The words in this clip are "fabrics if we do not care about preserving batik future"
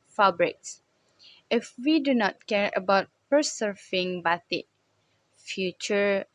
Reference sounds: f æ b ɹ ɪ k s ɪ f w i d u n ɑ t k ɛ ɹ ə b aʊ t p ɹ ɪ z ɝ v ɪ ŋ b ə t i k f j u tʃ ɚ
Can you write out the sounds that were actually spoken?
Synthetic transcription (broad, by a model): f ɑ b ɹ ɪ k s ɪ f w i d u n ɑ t k ɛ ɹ ə b aʊ t p ɪ s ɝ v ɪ ŋ b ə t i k f j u tʃ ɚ